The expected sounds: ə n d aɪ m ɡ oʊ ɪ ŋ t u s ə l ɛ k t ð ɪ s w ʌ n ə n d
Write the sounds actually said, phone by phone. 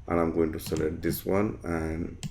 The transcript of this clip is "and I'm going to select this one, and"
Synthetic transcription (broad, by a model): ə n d aɪ m ɡ oʊ ɪ ŋ t u s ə l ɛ t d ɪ s w ʌ n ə n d